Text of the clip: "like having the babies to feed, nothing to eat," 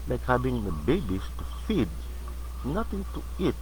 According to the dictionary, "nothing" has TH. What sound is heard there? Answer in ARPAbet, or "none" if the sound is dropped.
T